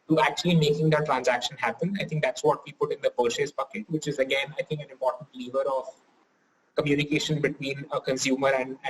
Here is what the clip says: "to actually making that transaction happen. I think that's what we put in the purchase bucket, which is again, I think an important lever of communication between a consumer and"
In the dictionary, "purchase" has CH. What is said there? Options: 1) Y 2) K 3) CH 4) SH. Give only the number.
4